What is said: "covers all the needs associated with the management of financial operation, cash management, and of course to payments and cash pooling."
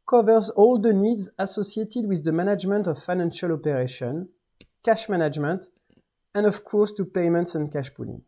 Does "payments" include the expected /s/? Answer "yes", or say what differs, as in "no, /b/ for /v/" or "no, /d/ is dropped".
yes